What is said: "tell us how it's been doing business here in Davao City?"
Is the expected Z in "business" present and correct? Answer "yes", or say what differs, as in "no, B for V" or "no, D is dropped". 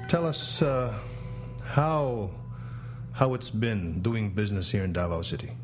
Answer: yes